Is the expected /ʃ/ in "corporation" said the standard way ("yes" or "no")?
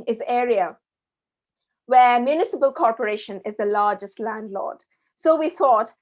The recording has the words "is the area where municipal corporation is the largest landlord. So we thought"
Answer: yes